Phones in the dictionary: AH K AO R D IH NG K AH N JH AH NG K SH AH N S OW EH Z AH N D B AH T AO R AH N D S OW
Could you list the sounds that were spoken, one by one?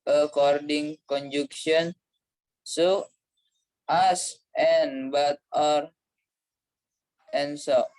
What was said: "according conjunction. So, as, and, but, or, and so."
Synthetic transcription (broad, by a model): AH K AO R D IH NG K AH N JH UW K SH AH N S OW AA S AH N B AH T AO R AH N S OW